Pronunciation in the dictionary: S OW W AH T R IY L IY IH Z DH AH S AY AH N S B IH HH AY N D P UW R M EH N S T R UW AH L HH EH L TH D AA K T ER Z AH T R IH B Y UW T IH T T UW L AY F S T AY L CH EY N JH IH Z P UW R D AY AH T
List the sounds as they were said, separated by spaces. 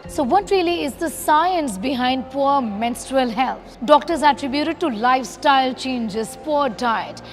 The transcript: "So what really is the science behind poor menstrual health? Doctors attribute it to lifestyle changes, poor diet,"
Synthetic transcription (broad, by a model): S OW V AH T R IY L IY IH Z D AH S AY AH N S B IH HH AY N D P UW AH M EH N S T R UW AH L HH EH L T D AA K T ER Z AH T R IH B Y UW T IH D T UW L AY F S T AY L CH EY N JH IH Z P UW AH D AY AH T